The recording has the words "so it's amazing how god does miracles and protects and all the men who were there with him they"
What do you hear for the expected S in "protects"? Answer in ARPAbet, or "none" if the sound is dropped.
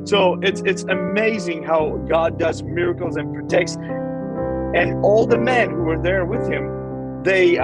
S